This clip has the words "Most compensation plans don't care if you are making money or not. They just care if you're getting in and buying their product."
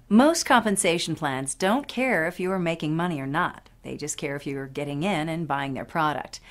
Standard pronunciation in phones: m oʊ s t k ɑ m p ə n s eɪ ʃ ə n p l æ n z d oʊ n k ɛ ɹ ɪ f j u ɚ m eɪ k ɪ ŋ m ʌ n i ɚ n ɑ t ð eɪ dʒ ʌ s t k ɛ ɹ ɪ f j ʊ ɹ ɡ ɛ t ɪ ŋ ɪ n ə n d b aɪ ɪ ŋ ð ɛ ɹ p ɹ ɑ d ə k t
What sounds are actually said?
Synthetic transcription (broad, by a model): m oʊ s t k ɑ m p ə n s eɪ ʃ n p l æ n z d oʊ n k ɛ ɹ ɪ f j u ɚ m eɪ k ɪ ŋ m ʌ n i ɚ n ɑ t ð eɪ dʒ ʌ s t k ɛ ɹ ɪ f j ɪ ɹ ɡ ɛ t ɪ ŋ ɪ n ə n b aɪ ɪ ŋ ð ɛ ɹ p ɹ ɑ d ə k t